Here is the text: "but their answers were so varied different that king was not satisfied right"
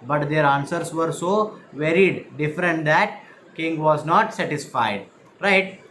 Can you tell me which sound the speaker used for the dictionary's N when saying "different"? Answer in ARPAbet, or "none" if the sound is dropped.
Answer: N